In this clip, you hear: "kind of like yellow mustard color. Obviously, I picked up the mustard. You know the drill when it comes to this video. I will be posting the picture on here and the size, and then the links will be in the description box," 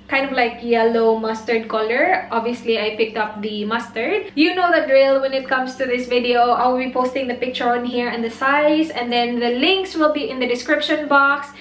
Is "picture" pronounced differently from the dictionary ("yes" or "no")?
no